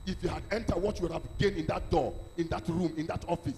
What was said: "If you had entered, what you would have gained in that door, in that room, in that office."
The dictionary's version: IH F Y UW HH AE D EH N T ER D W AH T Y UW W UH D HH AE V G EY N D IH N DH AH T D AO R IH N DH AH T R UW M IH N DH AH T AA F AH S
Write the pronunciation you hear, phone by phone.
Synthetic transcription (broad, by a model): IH F Y UW HH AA D EH N T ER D W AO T Y UW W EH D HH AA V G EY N IH N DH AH T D AO IH N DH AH T R UW M IH N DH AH T AA F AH S